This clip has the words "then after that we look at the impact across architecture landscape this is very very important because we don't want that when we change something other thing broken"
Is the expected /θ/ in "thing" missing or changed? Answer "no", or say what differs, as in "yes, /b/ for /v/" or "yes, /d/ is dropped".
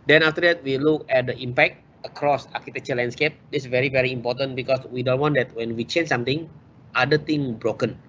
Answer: yes, /t/ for /θ/